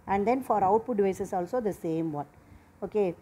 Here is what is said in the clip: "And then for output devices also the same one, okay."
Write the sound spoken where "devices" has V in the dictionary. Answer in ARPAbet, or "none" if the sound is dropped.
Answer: none